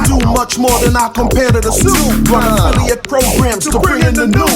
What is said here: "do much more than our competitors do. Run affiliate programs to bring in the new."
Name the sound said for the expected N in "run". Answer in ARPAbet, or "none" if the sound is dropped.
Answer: none